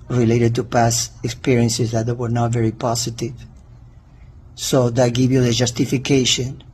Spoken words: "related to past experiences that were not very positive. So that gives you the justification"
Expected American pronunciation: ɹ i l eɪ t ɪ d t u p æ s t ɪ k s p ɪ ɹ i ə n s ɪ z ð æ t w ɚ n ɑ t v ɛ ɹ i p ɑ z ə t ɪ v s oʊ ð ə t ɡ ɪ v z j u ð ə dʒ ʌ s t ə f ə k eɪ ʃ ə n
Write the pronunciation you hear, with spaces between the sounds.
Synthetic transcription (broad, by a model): ɹ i l eɪ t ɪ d t u p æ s ɪ k s p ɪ ɹ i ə n s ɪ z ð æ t w ɚ n ɑ t v ɛ ɹ i p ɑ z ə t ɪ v s oʊ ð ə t ɡ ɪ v j u ð ə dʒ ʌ s t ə f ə k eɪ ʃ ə n